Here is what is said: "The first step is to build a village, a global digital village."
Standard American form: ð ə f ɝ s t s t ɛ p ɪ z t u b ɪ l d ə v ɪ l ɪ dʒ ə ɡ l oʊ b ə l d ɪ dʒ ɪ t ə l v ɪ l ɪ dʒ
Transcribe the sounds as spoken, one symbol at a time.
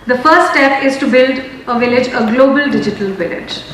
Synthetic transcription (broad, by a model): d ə f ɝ t s t ɛ p ɪ z t u b ɪ l d ə v ɪ l ɪ dʒ ə ɡ l oʊ b ə l d ɪ dʒ ɪ t ə l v ɪ l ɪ dʒ